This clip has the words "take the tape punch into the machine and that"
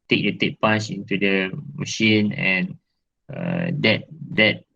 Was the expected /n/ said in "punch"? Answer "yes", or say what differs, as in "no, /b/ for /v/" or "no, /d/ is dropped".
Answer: no, /n/ is dropped